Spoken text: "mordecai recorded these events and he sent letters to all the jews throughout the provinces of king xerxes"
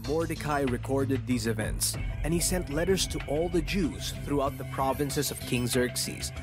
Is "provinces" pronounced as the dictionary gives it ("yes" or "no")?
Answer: yes